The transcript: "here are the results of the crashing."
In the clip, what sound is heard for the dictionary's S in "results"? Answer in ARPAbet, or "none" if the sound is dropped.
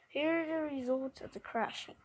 none